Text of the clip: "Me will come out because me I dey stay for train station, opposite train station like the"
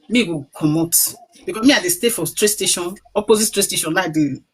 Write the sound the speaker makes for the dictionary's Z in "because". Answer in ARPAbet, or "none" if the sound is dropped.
none